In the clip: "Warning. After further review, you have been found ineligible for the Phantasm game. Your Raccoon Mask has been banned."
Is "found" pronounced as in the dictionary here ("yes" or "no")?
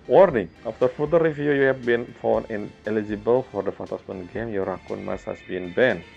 no